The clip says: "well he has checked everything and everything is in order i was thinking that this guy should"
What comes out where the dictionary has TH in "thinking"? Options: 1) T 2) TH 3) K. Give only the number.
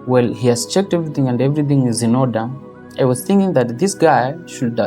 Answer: 2